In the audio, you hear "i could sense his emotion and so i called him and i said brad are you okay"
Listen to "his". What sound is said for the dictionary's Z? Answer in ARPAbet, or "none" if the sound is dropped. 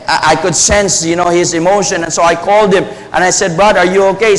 Z